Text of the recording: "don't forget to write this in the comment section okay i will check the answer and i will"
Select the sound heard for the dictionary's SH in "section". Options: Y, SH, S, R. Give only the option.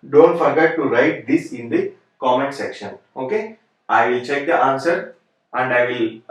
SH